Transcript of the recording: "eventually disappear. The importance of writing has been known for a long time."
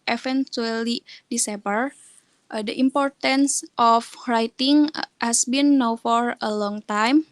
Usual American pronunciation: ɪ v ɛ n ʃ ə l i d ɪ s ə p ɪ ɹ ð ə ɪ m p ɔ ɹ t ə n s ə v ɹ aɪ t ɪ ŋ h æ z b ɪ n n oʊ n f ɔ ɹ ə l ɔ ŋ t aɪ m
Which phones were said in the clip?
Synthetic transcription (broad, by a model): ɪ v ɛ n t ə l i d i s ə b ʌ ɹ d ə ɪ m p ɔ ɹ t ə n s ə f ɹ aɪ t ɪ ŋ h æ s b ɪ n n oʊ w f ɔ ɹ ə l ɔ ŋ t aɪ m